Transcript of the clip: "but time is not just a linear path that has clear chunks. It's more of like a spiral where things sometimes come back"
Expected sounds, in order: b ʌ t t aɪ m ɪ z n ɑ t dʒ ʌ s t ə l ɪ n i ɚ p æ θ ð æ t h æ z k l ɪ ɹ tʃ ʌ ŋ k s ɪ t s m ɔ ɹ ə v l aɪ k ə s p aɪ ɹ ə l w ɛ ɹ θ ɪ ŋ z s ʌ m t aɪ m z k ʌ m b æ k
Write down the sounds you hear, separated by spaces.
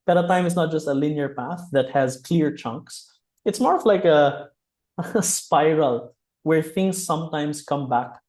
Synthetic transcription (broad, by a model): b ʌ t t aɪ m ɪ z n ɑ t dʒ ʌ s t ə l ɪ n i ɚ p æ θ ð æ t h æ z k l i ɹ tʃ ʌ ŋ k s ɪ t s m ɔ ɹ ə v l aɪ k ə s p aɪ ɹ ə l w ɛ ɹ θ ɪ ŋ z s ʌ m t aɪ m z k ʌ m b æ k